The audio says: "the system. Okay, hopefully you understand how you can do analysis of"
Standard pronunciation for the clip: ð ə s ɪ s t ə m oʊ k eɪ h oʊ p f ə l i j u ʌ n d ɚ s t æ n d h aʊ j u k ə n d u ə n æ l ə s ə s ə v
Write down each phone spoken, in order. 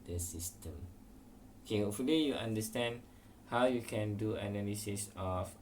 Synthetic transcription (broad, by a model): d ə s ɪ s t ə m oʊ k eɪ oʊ f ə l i j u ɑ n d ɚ s t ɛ n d h aʊ j u k ə n d u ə n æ l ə s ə s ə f